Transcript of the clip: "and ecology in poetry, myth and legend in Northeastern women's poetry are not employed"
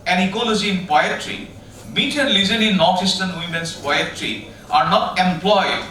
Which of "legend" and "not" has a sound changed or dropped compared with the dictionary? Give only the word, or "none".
legend